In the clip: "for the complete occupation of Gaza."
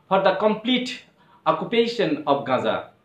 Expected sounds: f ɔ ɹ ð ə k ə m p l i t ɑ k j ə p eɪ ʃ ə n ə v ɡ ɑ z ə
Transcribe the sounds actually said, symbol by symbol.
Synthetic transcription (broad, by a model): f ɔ ɹ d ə k ə m p l i t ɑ k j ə p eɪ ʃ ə n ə p ɡ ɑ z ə